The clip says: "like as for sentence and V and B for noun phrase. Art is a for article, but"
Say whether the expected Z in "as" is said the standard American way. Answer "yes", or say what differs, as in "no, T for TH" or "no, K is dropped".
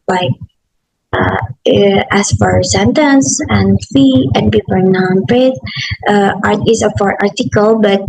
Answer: no, S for Z